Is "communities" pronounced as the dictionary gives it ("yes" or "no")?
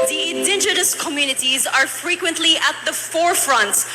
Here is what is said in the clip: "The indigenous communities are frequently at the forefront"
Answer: yes